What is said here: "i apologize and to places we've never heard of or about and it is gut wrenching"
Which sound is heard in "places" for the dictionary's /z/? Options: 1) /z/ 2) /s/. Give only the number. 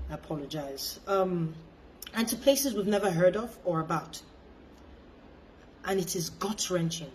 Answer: 1